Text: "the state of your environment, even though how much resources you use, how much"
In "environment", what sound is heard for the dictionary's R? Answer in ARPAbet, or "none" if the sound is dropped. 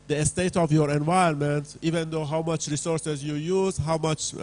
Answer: none